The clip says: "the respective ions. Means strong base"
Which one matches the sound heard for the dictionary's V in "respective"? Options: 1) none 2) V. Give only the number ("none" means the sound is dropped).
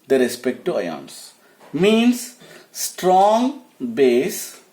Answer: 1